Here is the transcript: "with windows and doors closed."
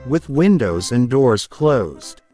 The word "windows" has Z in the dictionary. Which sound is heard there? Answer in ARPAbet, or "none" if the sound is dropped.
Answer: Z